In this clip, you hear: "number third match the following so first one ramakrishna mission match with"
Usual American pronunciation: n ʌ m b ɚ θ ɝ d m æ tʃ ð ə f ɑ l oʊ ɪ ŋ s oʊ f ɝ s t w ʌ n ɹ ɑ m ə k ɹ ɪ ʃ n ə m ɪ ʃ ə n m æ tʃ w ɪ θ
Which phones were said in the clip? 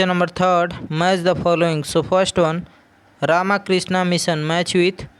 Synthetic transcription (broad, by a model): n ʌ m b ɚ t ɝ d m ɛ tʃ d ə p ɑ l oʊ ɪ ŋ s oʊ p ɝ s t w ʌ n ɹ ɑ m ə k ɹ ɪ s n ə m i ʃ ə n m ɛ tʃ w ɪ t